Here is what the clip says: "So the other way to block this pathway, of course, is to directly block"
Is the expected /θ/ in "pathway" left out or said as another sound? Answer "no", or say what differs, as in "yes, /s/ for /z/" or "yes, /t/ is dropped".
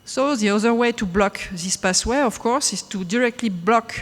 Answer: yes, /s/ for /θ/